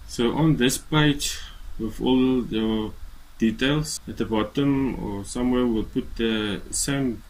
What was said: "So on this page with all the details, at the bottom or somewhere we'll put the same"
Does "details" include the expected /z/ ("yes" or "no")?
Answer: no